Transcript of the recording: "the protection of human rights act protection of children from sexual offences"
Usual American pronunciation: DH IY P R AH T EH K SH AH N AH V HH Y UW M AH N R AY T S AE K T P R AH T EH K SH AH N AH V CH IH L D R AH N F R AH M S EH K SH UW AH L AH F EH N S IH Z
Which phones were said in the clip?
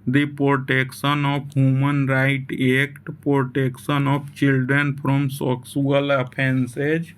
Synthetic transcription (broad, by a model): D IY P R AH T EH K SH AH N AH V HH Y UW M AH N R AY T EH K T P R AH T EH K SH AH N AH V CH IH L D R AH N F R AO M S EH K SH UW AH L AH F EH N S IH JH